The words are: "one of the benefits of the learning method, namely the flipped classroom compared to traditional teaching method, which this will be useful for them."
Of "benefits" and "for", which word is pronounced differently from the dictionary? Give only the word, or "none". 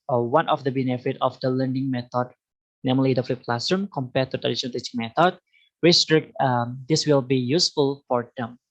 benefits